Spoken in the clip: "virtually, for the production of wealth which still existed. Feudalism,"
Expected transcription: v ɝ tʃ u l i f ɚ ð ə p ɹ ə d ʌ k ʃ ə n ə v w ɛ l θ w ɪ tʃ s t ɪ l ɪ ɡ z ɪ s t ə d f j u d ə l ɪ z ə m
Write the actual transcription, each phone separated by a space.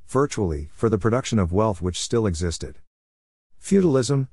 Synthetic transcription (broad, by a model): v ɝ tʃ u l i f ɚ ð ə p ɹ ə d ʌ k ʃ ə n ə v w ɛ l θ w ɪ tʃ s t ɪ l ɪ ɡ z ɪ s t ə d f j u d l ɪ z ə m